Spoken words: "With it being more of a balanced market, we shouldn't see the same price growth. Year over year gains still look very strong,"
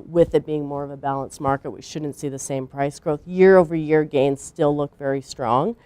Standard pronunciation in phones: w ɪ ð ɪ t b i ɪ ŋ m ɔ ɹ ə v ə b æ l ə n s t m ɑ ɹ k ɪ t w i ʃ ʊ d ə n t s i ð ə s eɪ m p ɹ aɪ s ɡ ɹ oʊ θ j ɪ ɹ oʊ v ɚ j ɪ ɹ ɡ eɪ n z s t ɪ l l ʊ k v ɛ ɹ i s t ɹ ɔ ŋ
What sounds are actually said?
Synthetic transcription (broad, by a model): w ɪ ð ɪ t b i ɪ ŋ m ɔ ɹ ə v ə b æ l ə n s m ɑ ɹ k ɪ t w i ʃ ʊ d n t s i ð ə s eɪ m p ɹ aɪ s ɡ ɹ oʊ θ j ɪ ɹ oʊ v ɚ j ɪ ɹ ɡ eɪ n z s t ɪ l l ʊ k v ɛ ɹ i s t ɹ ɔ ŋ